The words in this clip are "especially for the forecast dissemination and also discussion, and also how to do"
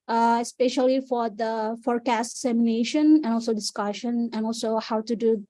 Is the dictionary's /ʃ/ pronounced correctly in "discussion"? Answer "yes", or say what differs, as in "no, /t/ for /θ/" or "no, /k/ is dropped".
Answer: yes